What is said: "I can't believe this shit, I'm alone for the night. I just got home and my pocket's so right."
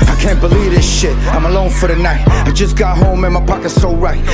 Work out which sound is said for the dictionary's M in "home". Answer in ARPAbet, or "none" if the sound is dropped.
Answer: M